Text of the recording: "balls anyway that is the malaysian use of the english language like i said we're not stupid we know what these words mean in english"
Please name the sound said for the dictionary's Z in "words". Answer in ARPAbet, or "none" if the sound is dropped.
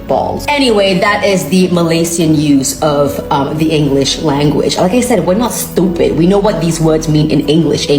Z